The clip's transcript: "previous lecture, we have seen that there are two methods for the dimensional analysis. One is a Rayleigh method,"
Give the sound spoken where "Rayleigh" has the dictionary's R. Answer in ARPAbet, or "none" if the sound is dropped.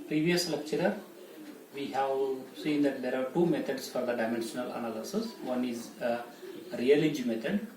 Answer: L